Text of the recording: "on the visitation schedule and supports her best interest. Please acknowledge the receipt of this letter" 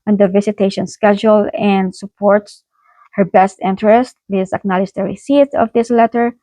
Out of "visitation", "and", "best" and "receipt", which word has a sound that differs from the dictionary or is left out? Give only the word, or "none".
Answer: visitation